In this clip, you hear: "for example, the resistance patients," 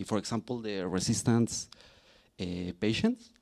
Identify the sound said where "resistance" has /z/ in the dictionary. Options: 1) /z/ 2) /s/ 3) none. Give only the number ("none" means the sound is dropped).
2